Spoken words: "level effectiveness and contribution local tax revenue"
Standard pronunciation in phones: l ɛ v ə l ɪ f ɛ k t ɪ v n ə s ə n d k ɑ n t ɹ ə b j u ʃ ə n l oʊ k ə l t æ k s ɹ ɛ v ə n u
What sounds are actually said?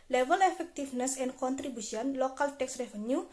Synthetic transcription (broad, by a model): l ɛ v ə l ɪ f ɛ k t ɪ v n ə s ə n k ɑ n t ɹ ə b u s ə n l oʊ k ə l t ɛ k s ɹ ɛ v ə n u